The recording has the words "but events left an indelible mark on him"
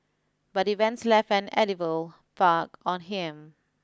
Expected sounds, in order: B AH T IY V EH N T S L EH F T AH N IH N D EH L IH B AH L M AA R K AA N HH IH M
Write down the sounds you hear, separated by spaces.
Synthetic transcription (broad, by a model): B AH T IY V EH N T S L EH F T AH N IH D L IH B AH L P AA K AA N HH IH M